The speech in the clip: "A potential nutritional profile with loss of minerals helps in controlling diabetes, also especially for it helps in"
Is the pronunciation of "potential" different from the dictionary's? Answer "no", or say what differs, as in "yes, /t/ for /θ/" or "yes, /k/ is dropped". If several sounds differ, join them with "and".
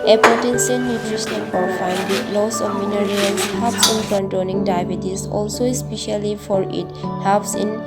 yes, /s/ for /ʃ/ and /n/ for /l/